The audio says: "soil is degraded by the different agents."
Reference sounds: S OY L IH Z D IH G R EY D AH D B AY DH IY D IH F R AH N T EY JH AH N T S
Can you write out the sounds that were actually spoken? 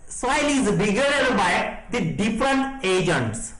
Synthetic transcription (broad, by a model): S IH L IH Z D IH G EY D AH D B AY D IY D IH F R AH N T EY JH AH N T S